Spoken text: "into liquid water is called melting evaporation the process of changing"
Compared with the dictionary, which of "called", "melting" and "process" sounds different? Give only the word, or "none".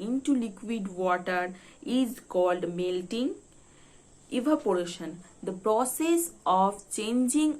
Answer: none